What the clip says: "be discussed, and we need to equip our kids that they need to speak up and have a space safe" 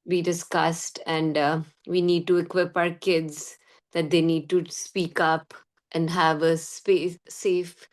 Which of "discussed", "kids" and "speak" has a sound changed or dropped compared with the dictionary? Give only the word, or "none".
none